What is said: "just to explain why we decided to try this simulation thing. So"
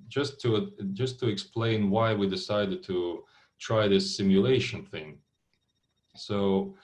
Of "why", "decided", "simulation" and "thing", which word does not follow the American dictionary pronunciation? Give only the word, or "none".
none